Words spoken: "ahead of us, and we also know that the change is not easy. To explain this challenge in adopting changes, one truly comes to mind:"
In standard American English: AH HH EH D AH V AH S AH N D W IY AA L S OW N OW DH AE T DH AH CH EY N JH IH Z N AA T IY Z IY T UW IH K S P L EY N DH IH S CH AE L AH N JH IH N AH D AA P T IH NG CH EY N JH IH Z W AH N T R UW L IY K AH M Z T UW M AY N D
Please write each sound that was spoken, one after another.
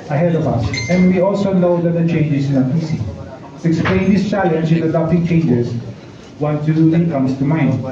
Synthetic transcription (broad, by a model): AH HH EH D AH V AH S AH N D W IY AA L S OW N OW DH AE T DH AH CH EY N JH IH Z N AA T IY S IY T UW IH K S P L EY N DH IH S CH AE L AH N JH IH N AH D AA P T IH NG CH EY N JH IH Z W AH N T UW IY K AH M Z T UW M AY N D